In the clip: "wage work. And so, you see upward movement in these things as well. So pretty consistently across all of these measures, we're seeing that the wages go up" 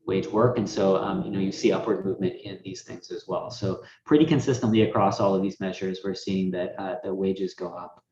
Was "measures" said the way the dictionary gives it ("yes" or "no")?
yes